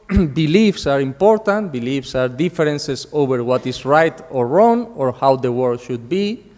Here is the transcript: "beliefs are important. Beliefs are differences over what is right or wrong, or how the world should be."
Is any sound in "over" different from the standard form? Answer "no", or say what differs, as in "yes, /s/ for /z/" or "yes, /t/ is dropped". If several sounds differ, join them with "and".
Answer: yes, /b/ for /v/